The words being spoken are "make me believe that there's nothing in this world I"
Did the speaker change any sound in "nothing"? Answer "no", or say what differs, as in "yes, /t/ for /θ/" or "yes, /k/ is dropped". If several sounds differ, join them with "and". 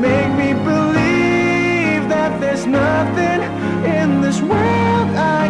no